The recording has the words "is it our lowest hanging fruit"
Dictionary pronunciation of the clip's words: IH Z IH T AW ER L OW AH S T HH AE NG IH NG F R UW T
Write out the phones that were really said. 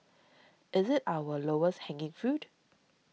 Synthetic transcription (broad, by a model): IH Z IH T AW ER L OW AH S T HH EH NG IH NG F UW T